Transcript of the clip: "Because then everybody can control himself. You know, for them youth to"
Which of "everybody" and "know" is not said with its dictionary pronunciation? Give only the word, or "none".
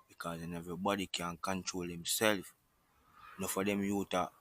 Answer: everybody